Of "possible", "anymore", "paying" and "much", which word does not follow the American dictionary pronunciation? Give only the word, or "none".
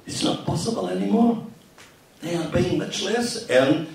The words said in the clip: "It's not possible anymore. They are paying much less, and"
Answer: paying